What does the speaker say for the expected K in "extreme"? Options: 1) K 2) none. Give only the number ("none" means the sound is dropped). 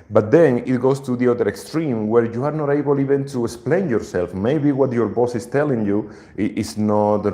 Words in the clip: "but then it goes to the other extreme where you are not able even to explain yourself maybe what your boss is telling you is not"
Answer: 1